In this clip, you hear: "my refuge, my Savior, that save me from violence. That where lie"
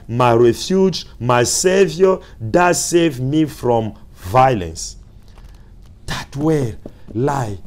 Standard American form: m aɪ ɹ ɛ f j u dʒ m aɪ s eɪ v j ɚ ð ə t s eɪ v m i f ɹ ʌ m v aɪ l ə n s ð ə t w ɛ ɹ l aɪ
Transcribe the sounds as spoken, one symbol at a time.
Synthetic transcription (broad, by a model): m aɪ ɹ ɛ f j u dʒ m aɪ s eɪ v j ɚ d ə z s eɪ v m i f ɹ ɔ m v aɪ l ə n s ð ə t w ɛ ɹ l aɪ